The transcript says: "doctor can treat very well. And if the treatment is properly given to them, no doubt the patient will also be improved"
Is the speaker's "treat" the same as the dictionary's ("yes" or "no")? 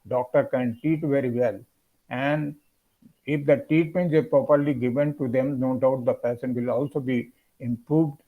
no